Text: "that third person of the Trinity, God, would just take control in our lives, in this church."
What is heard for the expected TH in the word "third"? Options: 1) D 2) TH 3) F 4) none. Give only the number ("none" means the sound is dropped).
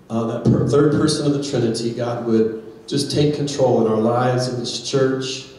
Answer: 2